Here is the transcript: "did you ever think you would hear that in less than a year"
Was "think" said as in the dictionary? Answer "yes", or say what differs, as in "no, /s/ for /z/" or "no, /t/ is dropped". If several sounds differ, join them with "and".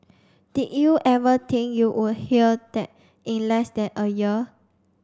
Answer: no, /t/ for /θ/